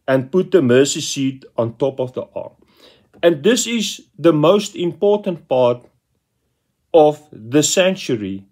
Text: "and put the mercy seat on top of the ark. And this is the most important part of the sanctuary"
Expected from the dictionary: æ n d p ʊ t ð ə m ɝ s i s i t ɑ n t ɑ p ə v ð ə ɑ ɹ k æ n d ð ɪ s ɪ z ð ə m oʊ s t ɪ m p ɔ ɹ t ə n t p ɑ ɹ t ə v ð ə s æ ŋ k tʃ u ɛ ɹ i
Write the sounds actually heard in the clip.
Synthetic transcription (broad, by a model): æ n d p ʊ t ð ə m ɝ s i s i t ɑ n t ɑ p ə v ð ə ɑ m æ n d ð ɪ s ɪ z ð ə m oʊ s t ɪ m p ɔ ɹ t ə n t p ɑ ɹ t ə v ð ə s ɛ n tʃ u ɹ i